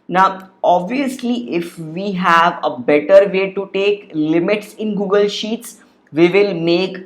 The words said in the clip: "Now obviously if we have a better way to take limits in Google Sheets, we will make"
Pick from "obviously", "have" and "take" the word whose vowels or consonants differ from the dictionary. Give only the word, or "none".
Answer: none